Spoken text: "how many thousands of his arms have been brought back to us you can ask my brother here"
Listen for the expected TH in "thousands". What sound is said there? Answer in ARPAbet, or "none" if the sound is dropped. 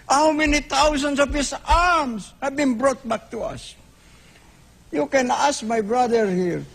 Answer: T